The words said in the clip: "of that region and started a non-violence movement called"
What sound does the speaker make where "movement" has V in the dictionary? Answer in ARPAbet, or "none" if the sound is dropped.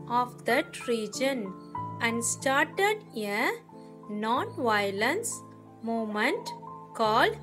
none